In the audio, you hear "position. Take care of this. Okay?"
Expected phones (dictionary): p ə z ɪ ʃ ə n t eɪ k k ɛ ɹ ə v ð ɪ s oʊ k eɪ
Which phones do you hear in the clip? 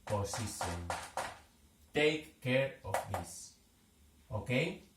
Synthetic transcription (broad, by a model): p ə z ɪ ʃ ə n t eɪ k k ɛ ɹ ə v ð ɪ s oʊ k eɪ